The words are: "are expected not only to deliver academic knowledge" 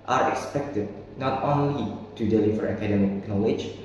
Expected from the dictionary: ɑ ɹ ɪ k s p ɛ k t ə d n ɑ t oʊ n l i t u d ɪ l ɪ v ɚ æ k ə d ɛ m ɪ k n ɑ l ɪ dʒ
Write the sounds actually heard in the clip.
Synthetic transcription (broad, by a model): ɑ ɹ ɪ k s p ɛ k t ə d n ɑ t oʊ n l i t u d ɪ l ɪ f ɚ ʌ k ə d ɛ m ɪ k n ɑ l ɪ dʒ